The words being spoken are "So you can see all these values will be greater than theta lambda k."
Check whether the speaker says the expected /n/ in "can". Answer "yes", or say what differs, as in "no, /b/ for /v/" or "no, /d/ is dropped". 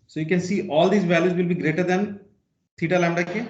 yes